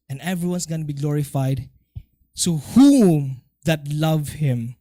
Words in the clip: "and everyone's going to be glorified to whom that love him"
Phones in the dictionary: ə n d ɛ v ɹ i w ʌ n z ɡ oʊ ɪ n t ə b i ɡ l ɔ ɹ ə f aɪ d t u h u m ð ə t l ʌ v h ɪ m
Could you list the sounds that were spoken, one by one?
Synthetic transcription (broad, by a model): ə n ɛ v ɹ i w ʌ n s ɡ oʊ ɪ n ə b i ɡ l ɔ ɹ ə f aɪ d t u h u m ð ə t l ʌ v h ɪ m